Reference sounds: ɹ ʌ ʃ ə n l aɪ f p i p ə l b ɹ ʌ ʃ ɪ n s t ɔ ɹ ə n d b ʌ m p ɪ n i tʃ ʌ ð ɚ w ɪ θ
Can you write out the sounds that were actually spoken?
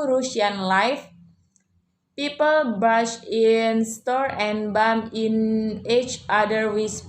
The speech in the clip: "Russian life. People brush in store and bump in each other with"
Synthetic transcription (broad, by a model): ɹ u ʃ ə n l aɪ f p i p ə l b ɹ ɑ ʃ ɪ n s t ɔ ɹ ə n b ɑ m ɪ n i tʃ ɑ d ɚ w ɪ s